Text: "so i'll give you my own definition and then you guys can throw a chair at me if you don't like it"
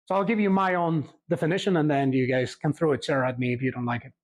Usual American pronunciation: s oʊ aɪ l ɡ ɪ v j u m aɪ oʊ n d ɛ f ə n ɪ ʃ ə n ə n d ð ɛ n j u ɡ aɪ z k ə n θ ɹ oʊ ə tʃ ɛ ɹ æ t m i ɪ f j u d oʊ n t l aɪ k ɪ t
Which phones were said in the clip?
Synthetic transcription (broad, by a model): s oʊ aɪ l ɡ ɪ v j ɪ m aɪ oʊ n d ɛ f ə n ɪ ʃ ə n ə n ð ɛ n j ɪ ɡ aɪ z k ə n θ ɹ oʊ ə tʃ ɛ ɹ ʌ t m i ɪ f j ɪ d oʊ n t l aɪ k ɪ t